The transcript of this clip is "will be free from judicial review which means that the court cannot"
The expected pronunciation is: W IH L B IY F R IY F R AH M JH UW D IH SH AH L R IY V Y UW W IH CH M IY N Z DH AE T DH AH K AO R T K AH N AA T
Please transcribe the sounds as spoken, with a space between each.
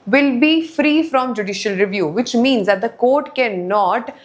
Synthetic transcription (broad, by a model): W IH L B IY F R IY F R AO M JH UW D IH SH AH L R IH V Y UW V IH CH M IY N Z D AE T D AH K AO R T K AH N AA T